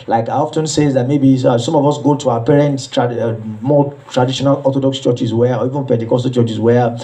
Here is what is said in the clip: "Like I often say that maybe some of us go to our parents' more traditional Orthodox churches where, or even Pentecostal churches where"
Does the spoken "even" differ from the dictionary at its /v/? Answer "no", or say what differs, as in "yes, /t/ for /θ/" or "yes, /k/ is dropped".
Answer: no